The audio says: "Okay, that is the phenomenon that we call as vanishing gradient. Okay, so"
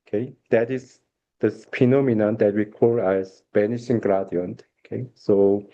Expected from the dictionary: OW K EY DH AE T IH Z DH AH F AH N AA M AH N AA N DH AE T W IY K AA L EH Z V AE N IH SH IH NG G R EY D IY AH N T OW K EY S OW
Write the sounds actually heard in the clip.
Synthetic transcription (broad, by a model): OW K EY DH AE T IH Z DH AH P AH N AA M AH N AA N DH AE T W IY K AA L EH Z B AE N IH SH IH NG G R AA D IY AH N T OW K EY S OW